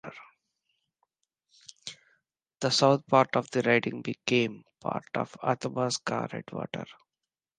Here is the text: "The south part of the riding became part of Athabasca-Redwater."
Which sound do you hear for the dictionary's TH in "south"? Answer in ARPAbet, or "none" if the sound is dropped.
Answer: T